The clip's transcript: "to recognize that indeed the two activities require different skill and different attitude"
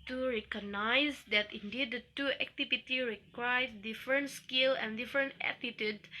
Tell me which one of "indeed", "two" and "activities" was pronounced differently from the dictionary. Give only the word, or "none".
activities